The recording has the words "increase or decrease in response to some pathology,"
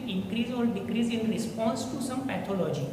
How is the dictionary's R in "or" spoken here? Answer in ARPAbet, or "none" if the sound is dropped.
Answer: L